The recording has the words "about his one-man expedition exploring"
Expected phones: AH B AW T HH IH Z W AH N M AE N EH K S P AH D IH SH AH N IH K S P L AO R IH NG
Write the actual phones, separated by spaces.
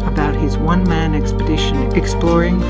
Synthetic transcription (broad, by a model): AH B AW T HH IH Z W AH N M AE N EH K S P AH D IH SH AH N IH K S P L AO R IH NG